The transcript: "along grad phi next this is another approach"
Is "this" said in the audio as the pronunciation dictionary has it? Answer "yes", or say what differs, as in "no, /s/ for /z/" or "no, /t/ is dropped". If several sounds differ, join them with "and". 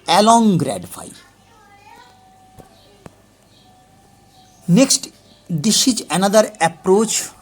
no, /ʃ/ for /s/